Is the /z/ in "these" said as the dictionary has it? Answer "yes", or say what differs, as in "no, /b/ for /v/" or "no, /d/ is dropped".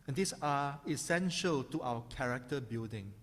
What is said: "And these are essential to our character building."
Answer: no, /s/ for /z/